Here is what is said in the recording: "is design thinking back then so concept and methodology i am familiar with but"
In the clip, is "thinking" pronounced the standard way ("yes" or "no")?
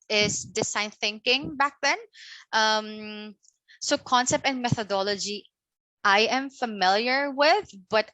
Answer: yes